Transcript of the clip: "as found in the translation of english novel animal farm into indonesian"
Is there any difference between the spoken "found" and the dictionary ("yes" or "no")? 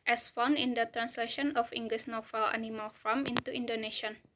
yes